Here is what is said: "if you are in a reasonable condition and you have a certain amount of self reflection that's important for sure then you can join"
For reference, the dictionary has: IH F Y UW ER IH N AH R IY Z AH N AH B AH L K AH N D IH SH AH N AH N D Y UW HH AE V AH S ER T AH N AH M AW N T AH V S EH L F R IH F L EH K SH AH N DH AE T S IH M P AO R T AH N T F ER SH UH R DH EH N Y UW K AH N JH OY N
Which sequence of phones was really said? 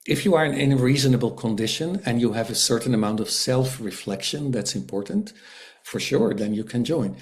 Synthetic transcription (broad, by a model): IH F Y UW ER IH N AH R IY Z AH N AH B AH L K AH N D IH SH AH N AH N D Y UW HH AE V AH S ER T N AH M AW N T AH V S EH L F R IH F L EH K SH AH N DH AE T S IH M P AO R T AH N T F ER SH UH R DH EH N Y UW K AH N JH OY N